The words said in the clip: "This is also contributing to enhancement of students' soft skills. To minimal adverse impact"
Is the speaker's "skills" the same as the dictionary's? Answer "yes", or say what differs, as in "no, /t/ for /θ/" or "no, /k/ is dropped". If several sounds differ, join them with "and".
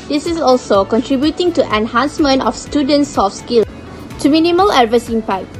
no, /z/ is dropped